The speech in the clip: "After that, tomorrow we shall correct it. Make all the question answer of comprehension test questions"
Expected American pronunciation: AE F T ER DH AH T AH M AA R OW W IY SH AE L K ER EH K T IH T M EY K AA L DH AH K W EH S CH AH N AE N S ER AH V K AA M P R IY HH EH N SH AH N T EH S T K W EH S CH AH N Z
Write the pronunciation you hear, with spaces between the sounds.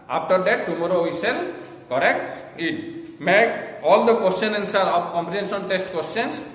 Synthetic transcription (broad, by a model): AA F T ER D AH T AH M AA R OW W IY S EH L K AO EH K T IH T M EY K AA L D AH K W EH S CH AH N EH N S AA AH P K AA M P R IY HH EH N S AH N T EH S T K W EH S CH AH N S